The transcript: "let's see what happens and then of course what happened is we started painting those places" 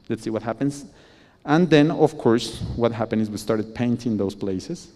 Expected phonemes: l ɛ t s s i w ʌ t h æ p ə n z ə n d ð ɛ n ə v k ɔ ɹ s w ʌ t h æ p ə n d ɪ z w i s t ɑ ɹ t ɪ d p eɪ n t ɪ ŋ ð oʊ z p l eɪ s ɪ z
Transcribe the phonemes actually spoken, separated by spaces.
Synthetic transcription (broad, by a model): l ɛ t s s i w ʌ t h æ p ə n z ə n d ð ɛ n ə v k ɔ ɹ s w ʌ t h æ p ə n ɪ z w i s t ɑ ɹ t ɪ d p eɪ n t ɪ ŋ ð oʊ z p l eɪ s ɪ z